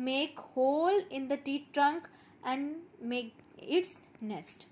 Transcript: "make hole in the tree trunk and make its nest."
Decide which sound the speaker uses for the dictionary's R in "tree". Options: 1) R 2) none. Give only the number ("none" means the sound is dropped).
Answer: 2